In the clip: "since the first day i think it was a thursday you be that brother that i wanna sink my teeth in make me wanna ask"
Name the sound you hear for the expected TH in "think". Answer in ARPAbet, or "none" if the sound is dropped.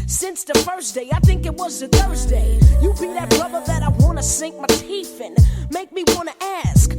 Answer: TH